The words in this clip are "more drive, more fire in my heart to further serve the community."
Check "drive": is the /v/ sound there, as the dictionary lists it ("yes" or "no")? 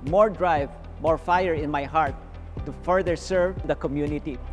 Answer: yes